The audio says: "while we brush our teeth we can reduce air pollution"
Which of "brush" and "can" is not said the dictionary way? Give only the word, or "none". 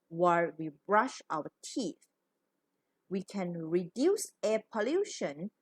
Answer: none